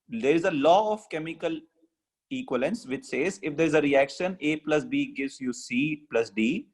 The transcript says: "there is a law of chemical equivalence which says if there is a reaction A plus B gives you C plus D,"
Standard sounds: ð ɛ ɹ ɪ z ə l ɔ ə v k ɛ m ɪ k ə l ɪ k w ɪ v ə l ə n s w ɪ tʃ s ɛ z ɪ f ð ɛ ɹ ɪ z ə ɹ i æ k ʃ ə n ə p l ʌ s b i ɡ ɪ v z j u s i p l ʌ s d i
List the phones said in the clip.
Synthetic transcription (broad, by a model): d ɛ ɹ ɪ z ə l ɔ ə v k ɛ m ɪ k ə l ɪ k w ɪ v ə l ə n s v ɪ tʃ s ɛ z ɪ f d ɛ ɹ ɪ z ə ɹ i æ k ʃ ə n ə p l ʌ s b i ɡ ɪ v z j u s i p l ʌ s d i